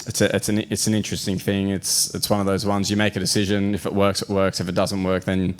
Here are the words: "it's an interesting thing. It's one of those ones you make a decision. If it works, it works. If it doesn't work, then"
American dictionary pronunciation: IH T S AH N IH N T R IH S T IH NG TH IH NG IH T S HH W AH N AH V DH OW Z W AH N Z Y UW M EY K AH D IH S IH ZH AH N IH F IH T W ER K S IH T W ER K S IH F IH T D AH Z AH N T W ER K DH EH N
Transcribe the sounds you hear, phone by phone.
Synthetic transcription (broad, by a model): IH T S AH N IH N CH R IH S T IH NG TH IH NG IH T S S W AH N AH V DH OW Z W AH N Z Y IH M EY K AH D IH S IH ZH AH N IH F IH T W ER K S IH T W ER K S IH F IH T D AH Z AH N T W ER K DH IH N